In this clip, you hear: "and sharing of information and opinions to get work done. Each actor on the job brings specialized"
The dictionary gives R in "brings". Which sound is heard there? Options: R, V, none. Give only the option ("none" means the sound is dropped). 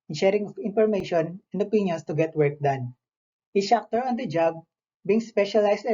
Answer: none